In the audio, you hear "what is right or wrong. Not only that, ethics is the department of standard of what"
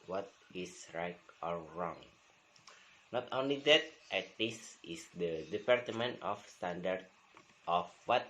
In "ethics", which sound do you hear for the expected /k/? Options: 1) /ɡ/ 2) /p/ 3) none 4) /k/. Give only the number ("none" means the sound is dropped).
3